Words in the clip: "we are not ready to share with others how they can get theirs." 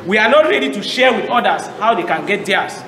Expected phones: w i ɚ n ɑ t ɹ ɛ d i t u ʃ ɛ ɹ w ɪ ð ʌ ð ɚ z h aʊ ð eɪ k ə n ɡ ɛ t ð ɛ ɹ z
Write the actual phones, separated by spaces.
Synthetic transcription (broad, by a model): w i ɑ n ɑ t ɹ ɛ d i t u ʃ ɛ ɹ w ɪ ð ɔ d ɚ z h aʊ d eɪ k ə n ɡ ɛ t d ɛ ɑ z